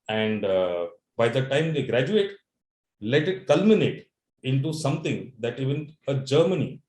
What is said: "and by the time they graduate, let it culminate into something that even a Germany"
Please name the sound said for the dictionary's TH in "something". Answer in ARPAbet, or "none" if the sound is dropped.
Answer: T